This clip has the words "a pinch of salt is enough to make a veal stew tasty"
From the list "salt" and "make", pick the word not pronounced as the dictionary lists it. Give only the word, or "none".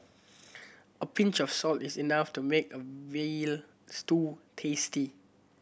none